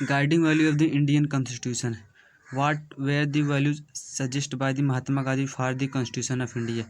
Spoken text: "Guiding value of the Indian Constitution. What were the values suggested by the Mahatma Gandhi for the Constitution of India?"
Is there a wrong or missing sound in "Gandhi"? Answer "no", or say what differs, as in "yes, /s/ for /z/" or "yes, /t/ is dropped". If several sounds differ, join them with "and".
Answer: yes, /n/ is dropped